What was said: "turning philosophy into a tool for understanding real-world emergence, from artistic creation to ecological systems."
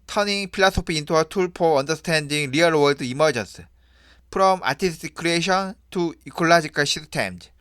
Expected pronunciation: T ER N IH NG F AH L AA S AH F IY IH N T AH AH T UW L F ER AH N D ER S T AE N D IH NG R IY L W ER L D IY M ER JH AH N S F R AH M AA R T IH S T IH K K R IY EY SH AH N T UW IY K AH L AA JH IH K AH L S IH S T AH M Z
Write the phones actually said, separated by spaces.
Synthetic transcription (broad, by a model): T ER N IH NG P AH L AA S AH P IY IH N T AH AH T UW L P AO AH N D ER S T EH N D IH NG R IY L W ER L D IY M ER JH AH N S P R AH M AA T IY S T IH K K R IY EY SH AH N T UW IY K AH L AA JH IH K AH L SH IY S T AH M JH